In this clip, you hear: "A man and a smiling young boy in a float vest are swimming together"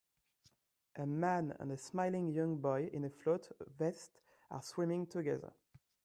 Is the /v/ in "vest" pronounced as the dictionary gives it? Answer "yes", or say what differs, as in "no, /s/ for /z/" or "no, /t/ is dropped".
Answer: yes